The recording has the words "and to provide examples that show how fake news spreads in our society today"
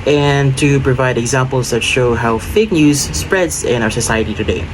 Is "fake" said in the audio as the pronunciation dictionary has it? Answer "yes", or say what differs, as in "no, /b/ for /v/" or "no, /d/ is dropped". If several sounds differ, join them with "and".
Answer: yes